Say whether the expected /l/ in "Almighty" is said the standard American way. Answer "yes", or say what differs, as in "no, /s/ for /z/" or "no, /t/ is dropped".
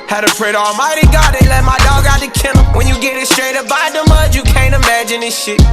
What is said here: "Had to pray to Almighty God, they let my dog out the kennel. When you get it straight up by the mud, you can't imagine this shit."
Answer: yes